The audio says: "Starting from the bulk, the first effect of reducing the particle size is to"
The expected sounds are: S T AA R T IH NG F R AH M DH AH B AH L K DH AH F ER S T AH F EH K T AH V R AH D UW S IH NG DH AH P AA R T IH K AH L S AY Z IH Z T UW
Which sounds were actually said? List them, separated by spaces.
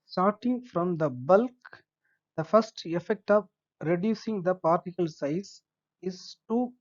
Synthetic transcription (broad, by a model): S T AA R T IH NG F R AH M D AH B AH L K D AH F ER S T AH F EH K T AH V R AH D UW S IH NG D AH P AA R T IH K AH L S AY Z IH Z T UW